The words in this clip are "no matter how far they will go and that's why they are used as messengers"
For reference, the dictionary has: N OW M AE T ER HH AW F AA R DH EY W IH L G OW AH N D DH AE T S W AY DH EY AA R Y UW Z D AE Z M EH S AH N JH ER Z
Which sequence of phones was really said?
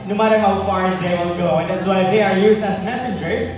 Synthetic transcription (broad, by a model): N OW M AE T ER HH AW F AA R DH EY W IH L G OW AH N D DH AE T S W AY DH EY AA R Y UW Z AE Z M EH S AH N JH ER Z